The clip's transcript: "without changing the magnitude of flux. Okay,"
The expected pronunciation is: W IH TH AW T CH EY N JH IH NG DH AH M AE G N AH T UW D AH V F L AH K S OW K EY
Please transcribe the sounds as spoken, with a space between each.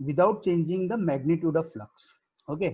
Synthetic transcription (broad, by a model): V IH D AW T CH EY N JH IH NG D AH M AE G N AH T UW D AH V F L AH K S OW K EY